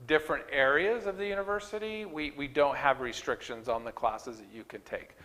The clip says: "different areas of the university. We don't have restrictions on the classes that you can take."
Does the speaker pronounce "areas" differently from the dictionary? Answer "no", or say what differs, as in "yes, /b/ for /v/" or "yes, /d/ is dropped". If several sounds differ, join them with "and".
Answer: no